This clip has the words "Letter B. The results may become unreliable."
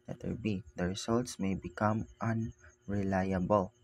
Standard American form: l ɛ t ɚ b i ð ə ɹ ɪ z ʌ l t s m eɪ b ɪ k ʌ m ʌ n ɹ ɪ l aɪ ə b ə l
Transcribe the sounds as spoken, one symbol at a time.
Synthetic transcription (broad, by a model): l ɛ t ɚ b i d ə ɹ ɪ s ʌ l t s m eɪ b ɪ k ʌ m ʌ n ɹ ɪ l aɪ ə b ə l